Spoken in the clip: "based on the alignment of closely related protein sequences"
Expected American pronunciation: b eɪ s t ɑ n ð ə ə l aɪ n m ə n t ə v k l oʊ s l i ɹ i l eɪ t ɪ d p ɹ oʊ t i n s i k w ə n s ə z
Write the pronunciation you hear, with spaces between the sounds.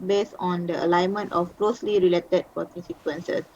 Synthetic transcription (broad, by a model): b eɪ s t ɑ n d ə ə l aɪ n m ə n t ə f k l oʊ s l i ɹ i l eɪ t ɪ d p oʊ t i s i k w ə n s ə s